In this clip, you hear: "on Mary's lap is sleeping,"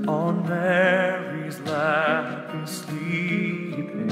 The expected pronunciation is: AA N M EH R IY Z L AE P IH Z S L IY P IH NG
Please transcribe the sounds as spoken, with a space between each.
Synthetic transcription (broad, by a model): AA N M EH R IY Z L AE F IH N S L IY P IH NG